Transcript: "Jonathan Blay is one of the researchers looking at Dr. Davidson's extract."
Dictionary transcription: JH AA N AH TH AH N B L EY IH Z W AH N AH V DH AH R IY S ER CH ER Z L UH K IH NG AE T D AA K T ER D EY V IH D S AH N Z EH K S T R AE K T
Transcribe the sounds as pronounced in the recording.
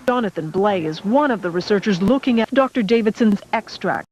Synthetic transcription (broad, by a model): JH AA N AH TH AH N B L EY IH Z W AH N AH V DH AH R IY S ER CH ER Z L UH K IH NG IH D AA K T ER D EY V IH D S AH N Z EH K S T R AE K T